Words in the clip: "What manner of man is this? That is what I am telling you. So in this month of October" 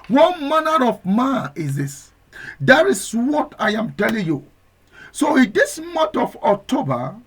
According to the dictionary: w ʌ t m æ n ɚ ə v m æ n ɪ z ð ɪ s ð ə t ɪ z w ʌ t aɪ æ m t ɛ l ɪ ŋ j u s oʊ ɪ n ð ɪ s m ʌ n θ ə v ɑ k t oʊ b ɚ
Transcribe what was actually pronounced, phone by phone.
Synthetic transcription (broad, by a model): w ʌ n m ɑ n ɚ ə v m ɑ ɪ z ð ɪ s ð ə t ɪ s w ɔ t aɪ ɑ m t ɛ l ɪ ŋ j u s oʊ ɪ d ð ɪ s m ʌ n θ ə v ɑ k t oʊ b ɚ